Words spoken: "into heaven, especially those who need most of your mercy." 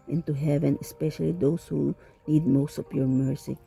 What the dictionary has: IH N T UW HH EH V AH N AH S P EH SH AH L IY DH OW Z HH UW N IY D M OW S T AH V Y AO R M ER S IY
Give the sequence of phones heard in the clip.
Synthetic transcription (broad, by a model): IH N T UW HH EH V AH N AH S P EH SH AH L IY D OW S HH UW N IY D M OW S T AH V Y AO R M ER S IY